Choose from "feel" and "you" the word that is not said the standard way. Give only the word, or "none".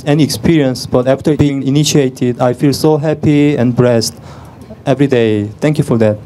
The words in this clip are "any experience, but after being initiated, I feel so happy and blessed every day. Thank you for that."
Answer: none